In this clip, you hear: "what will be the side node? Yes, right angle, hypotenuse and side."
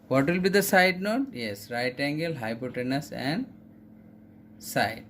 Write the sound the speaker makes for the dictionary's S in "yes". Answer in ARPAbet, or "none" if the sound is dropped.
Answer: S